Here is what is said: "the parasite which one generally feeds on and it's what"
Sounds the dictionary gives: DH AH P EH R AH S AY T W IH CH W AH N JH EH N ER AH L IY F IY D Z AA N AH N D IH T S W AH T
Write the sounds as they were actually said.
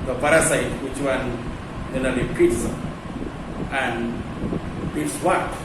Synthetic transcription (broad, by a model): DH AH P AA R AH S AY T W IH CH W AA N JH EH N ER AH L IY P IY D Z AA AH N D IH T S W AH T